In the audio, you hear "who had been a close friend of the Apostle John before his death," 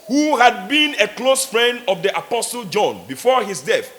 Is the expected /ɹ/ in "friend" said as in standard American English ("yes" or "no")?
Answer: yes